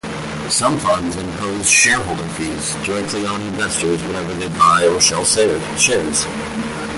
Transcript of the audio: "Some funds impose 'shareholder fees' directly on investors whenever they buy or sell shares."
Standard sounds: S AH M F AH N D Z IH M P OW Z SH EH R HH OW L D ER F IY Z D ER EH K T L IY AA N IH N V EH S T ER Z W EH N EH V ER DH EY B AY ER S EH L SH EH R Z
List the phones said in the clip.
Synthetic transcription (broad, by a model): S AH M F AH N D Z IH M P OW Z SH EH R HH OW L D ER F IY Z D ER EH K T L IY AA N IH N V EH S T ER Z W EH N EH V ER DH EY B AY ER SH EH L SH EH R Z